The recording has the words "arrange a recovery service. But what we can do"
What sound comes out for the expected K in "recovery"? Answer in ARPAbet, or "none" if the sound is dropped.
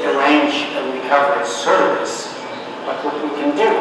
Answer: none